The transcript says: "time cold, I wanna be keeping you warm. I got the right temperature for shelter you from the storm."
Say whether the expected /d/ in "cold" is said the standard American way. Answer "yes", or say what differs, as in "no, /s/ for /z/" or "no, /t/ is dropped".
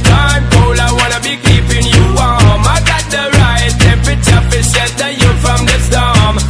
no, /d/ is dropped